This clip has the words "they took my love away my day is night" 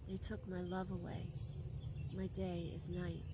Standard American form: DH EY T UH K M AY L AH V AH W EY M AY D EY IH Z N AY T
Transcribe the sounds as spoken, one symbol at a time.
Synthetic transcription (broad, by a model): DH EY T UH K M AY L AH V AH W EY M AY D EY IH Z N AY T